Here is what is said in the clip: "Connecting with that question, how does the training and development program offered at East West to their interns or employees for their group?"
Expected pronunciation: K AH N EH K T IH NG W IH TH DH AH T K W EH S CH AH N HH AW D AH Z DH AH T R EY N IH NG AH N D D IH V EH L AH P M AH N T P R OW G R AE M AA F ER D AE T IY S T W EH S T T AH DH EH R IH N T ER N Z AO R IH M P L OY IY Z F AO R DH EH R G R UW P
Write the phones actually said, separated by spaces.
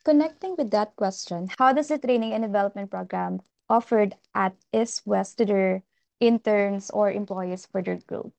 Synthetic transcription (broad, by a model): K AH N EH K T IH NG W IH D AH T K W EH S CH AH N HH AW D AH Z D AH T R EY N IH NG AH N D D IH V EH L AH P M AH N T P R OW G R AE M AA F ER D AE T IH S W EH S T T AH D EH R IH N T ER N S AO R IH M P L OY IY S F AO R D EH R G R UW P